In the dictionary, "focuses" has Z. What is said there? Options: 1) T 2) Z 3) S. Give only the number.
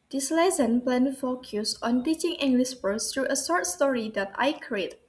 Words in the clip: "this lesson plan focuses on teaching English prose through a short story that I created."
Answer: 3